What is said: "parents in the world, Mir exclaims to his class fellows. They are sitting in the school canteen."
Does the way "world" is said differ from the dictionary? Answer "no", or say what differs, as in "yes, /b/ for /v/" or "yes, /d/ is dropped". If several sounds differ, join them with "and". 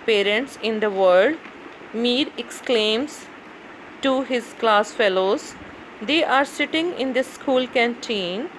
yes, /l/ is dropped